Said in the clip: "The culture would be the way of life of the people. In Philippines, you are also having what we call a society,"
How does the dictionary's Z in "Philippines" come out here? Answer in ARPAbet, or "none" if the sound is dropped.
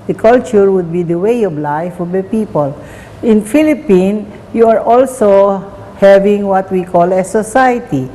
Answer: none